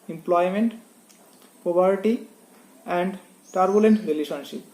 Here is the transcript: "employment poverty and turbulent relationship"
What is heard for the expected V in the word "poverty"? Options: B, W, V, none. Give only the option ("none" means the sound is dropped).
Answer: B